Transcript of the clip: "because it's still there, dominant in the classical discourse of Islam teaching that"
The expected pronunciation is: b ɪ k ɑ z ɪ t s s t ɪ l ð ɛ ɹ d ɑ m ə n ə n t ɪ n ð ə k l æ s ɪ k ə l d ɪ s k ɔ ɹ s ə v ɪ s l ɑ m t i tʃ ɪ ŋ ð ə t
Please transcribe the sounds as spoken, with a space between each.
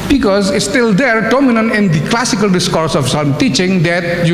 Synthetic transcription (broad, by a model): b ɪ k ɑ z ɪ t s s t ɪ l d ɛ ɹ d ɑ m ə n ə n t ɪ n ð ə k l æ s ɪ k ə l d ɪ s k ɔ ɹ s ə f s ɑ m t i tʃ ɪ ŋ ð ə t